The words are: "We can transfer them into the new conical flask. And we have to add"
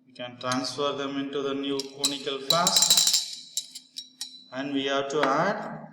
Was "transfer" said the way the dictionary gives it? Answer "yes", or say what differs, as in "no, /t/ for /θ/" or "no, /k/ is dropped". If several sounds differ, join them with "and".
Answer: yes